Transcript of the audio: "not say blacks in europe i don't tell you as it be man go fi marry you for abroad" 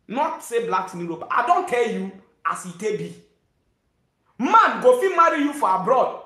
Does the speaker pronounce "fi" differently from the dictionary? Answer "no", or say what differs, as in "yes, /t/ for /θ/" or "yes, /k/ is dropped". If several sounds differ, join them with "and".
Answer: no